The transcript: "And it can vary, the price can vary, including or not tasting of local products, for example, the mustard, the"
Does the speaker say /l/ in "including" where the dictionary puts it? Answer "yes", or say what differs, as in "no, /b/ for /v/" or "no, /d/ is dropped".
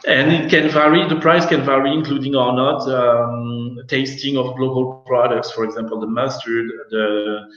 yes